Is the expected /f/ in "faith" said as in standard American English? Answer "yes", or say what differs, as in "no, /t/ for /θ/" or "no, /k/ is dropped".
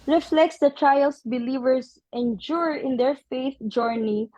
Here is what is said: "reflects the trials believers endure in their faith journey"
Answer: yes